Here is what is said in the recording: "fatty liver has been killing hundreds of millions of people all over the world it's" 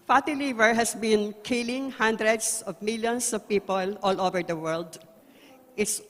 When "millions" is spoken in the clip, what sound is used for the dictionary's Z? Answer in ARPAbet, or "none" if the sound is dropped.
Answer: S